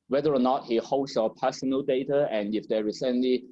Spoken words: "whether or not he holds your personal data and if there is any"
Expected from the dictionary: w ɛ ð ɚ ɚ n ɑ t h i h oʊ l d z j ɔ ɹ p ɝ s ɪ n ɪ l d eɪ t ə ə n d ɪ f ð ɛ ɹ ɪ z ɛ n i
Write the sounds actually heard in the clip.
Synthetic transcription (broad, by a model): w ɛ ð ɚ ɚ n ɑ t h i h oʊ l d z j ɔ p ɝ s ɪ n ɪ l d eɪ t ə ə n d ɪ f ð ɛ ɹ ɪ s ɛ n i